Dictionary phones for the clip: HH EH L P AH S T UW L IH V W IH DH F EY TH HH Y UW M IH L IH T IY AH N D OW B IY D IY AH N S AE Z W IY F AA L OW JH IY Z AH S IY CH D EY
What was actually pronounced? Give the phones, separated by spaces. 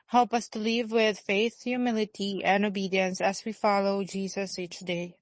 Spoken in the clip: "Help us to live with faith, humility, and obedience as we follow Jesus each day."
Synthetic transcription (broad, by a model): HH EH L P AH S T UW L IH V W IH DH F EY TH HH Y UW M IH L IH T IY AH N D OW B IY D IY AH N S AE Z W IY F AA L OW JH IY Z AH S IY CH D EY